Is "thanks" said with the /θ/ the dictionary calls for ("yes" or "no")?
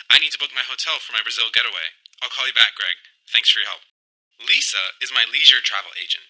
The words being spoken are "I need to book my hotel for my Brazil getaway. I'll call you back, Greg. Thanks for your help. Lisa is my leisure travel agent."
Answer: yes